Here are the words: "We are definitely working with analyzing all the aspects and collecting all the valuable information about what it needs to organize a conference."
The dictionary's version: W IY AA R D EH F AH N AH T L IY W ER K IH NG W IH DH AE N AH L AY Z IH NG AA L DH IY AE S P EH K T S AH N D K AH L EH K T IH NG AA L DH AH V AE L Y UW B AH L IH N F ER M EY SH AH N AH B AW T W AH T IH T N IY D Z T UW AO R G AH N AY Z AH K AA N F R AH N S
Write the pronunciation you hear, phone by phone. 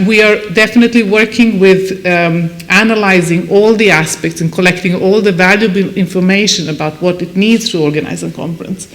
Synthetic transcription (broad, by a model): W IY AA R D EH F AH N AH T L IY W ER K IH NG W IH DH AE N AH L AY Z IH NG AA L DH IY AE S P EH K T S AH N K AH L EH K T IH NG AA L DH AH V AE L Y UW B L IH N F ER M EY SH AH N AH B AW T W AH T IH T N IY D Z T UW AO R G AH N AY Z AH K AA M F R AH N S